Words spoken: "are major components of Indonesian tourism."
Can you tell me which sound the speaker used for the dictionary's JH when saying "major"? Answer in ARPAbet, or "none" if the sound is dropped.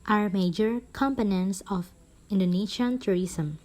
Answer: JH